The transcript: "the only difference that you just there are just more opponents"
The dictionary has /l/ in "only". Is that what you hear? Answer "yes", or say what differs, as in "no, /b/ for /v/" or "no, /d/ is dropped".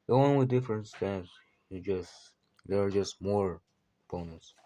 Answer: no, /w/ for /l/